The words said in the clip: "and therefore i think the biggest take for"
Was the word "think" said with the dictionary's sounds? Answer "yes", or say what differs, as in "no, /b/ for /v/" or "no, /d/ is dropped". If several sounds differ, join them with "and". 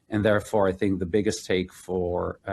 yes